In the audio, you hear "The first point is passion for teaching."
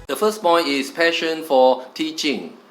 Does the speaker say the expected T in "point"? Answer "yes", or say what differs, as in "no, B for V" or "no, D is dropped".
no, T is dropped